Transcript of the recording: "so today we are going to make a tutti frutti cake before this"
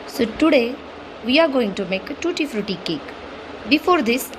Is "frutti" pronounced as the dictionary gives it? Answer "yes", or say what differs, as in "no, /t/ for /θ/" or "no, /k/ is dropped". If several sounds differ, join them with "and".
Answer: yes